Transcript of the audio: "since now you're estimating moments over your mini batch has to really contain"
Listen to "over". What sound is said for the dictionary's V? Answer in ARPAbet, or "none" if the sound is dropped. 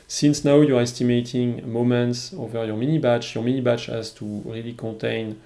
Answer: V